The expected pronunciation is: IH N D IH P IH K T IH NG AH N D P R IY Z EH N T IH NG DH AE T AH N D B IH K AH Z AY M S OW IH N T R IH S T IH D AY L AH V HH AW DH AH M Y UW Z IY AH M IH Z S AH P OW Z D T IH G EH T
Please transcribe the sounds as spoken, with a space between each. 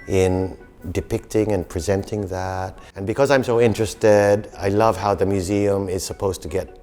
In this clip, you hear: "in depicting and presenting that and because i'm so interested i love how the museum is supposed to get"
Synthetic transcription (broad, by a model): IH N D IH P IH K T IH NG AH N P R IY Z EH N T IH NG DH AE T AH N B IH K AH Z AY M S OW IH N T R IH S T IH D AY L AH V HH AW DH AH M Y UW Z IY AH M IH Z S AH P OW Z T IH G EH T